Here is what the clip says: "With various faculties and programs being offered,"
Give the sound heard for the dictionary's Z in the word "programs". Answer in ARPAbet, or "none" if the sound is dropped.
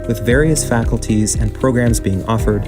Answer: Z